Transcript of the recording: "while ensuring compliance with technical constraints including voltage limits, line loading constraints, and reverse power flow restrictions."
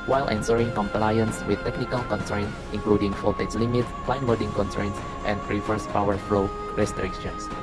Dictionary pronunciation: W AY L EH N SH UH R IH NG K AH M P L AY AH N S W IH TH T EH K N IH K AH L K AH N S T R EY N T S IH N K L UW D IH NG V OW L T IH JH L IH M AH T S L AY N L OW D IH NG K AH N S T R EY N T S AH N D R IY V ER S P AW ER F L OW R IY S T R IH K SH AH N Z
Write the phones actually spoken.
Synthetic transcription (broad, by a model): W AY L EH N S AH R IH NG K AH M P L AY AH N S W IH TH T EH K N IH K AH L K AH N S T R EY N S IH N K L UW D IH NG F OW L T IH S L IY M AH T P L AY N W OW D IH NG K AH N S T R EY N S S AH N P R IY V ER S P AW ER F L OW R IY S T R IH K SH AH N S